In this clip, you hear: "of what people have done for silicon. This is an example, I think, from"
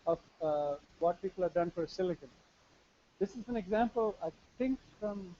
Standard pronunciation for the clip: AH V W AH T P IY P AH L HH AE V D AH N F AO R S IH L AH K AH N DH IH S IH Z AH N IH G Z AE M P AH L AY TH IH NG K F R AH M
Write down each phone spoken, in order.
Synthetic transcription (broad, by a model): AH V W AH T P IY P AH L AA D AH N F AO R S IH L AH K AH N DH IH S IH Z AH N IH G Z AE M P AH L AY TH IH NG K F R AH M